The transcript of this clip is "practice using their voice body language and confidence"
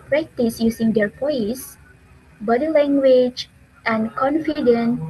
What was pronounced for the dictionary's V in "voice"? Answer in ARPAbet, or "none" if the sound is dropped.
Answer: P